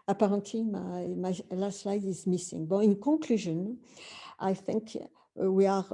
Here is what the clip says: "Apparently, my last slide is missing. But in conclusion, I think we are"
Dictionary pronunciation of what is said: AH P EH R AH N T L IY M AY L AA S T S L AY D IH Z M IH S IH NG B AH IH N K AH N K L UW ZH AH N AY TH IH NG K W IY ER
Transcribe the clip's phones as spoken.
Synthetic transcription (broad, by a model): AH P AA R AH N T L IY M AY L AA S T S L AY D IH Z M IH S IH NG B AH IH N K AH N K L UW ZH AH N AY TH IH NG K W IY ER